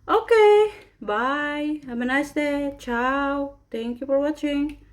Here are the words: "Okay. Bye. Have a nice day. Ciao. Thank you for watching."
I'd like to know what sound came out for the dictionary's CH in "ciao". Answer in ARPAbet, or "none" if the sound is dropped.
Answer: CH